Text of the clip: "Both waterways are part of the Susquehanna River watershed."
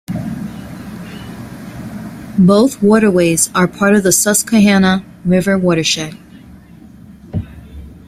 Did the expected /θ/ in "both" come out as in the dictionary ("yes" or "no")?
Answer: yes